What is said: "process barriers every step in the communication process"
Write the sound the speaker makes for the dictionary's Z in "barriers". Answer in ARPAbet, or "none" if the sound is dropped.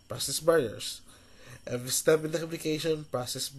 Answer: S